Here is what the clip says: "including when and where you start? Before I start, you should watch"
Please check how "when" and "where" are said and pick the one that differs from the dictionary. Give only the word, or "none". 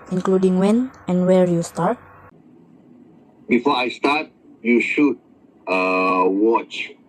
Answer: none